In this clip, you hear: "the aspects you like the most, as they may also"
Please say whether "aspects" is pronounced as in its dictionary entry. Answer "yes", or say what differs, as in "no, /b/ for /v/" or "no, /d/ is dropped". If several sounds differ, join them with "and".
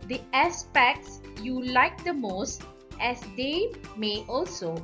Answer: yes